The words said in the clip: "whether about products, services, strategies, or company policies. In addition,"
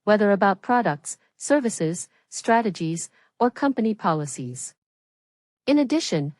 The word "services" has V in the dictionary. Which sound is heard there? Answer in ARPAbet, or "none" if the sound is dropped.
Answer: V